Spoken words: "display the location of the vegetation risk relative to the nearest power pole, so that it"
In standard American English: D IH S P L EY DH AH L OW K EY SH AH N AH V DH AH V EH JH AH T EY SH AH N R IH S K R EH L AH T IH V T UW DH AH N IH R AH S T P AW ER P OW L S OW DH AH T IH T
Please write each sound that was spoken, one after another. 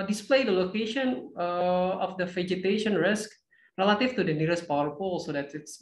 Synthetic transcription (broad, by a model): D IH S P L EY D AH L OW K EY SH AH N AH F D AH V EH JH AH T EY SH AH N R IH S K R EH L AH T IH F T UW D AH N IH R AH S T P AW ER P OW L S OW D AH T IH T